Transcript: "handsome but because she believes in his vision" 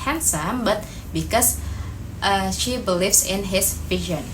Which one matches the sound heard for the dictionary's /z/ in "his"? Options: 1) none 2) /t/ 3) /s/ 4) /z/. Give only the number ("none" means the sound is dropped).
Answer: 3